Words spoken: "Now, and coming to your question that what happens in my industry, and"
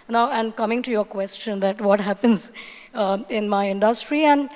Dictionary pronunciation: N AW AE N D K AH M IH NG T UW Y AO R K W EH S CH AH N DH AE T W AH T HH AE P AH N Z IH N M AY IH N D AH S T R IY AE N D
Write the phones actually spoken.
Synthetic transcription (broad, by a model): N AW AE N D K AH M IH NG T UW Y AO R K W EH S CH AH N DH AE T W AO T HH AE P AH N Z IH N M AY IH N D AH S T R IY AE N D